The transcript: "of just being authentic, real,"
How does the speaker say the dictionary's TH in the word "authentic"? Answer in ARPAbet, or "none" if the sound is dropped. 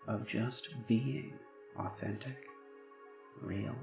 TH